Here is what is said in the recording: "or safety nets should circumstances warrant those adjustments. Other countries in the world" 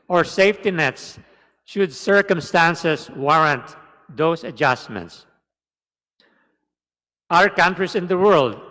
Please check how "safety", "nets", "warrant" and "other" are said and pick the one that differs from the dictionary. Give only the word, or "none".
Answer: other